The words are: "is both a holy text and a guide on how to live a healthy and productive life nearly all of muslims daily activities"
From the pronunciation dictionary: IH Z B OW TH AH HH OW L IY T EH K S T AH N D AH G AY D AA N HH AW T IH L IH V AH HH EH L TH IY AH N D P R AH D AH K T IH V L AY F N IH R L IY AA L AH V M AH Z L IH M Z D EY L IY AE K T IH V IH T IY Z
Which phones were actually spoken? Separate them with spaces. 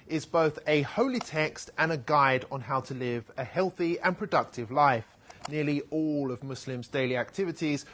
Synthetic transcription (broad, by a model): IH Z B OW TH AH HH OW L IY T EH K S T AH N AH G AY D N HH AW T IH L IH V AH HH EH L TH IY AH N P R AH D AH K T IH V L AY F N IH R L IY AA L AH V M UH S L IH M Z D EY L IY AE K T IH V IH T IY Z